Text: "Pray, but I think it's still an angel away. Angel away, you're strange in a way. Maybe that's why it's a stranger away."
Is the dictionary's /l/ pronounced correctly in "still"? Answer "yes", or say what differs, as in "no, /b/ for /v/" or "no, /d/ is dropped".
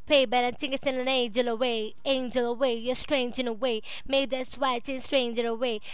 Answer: no, /n/ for /l/